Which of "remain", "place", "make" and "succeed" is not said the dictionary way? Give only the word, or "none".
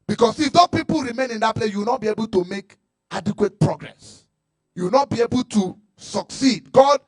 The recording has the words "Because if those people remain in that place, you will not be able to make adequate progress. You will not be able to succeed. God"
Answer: none